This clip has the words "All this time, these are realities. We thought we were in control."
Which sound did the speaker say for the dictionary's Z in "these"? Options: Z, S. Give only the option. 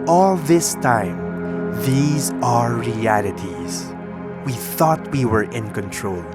Z